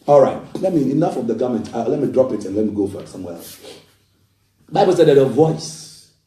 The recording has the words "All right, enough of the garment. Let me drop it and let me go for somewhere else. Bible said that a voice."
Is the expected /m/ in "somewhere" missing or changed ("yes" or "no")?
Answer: no